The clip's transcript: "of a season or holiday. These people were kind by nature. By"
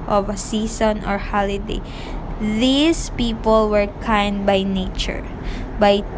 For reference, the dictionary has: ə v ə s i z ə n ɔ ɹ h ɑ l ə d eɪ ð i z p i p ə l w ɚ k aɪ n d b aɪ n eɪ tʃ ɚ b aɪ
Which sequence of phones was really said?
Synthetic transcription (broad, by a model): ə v ə s i s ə n ɔ ɹ h ɑ l ə d eɪ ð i s p i p ə l w ɚ k aɪ n d b aɪ n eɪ tʃ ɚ b aɪ